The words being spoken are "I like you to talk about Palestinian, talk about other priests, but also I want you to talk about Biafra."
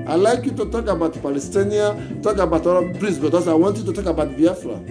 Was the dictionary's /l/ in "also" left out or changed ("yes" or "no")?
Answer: yes